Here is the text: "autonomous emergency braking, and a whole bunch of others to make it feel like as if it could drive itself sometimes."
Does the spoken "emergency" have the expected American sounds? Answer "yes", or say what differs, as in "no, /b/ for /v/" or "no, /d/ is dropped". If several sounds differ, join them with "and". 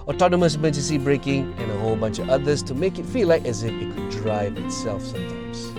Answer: no, /n/ is dropped